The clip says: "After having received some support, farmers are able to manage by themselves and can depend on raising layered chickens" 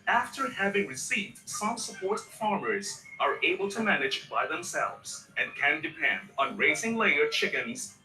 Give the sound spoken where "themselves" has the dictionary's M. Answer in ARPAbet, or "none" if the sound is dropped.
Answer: M